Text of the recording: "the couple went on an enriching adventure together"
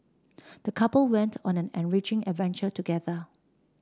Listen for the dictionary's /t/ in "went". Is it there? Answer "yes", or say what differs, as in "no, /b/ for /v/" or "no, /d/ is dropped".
yes